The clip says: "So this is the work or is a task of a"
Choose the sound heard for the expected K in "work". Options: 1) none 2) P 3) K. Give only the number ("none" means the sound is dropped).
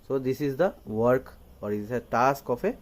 3